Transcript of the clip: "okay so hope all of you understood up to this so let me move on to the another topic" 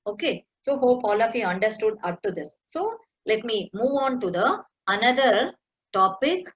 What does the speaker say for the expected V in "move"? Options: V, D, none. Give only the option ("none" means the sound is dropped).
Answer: V